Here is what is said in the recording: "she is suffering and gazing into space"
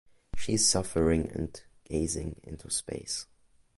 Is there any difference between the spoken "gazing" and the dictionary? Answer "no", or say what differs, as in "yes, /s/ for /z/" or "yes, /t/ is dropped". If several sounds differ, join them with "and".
no